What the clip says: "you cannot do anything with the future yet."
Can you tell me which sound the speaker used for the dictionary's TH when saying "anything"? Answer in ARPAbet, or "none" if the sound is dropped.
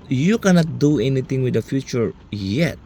T